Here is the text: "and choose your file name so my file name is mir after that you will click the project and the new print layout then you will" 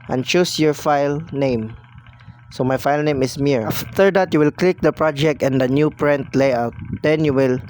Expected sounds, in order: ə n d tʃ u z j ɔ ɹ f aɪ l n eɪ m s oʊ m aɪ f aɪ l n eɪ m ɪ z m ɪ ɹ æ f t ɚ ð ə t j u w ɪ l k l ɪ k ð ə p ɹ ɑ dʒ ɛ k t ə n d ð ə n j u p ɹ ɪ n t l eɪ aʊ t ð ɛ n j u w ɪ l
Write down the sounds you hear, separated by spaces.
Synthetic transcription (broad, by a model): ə n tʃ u s j ɔ ɹ f aɪ l n eɪ m s oʊ m aɪ f aɪ l n eɪ m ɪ s m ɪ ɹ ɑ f t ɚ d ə t j u w ɪ l k l ɪ k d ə p ɹ ɑ dʒ ɛ k t ə n d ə n j u p ɹ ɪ n t l eɪ aʊ t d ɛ n j u w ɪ l